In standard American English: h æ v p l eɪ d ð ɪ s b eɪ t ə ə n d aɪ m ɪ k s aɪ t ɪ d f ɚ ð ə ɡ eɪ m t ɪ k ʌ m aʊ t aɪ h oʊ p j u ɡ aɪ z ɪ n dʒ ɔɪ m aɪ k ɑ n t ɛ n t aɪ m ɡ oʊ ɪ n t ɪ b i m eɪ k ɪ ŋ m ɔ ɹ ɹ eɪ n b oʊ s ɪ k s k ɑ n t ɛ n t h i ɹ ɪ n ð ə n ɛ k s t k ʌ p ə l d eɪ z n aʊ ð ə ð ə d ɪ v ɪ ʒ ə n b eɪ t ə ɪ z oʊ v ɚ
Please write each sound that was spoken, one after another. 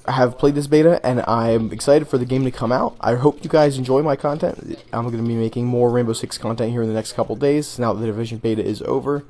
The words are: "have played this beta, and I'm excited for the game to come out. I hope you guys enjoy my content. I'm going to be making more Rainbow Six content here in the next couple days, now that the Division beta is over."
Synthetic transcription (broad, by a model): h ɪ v p l eɪ d ð ɪ s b eɪ t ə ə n aɪ m ɪ k s aɪ t ɪ d f ɚ ð ə ɡ eɪ m t ɪ k ʌ m aʊ t aɪ h oʊ p j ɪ ɡ aɪ z ɪ n dʒ ɔɪ m aɪ k ɑ n t ɛ n t aɪ m ɡ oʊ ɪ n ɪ b i m eɪ k ɪ ŋ m ɔ ɹ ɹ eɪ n b oʊ s ɪ k s k ɑ n t ɛ n t h i ɹ ɪ n ð ə n ɛ k s t k ʌ p l d eɪ z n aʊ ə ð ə d ɪ v ɪ ʒ ə n b eɪ t ə ɪ z oʊ v ɚ